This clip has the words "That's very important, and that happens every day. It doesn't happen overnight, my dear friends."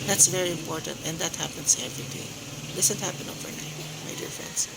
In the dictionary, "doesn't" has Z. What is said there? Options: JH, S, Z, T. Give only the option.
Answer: S